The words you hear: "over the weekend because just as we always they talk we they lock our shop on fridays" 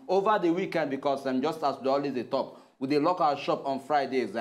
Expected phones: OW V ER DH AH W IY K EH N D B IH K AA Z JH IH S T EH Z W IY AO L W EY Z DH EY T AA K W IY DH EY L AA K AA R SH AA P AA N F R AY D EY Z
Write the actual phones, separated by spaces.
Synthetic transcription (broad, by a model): OW V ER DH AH W IY K EH N D B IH K AA S JH IH S T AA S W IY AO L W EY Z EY T AA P W IY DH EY L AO K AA L SH AA P AA N F R AY D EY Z